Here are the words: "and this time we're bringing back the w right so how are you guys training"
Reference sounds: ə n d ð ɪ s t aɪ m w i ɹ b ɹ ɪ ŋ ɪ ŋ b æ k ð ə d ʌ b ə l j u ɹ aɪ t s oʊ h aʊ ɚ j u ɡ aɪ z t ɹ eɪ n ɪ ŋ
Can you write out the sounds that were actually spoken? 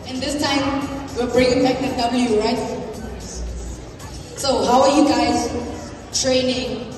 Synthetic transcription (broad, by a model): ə n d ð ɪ s t aɪ m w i l b ɹ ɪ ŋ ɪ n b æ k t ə d ʌ b ə l j u ɹ aɪ t s oʊ h aʊ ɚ j u ɡ aɪ z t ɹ eɪ n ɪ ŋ